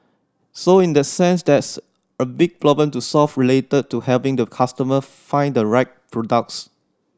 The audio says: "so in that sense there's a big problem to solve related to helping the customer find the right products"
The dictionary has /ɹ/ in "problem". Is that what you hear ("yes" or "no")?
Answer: no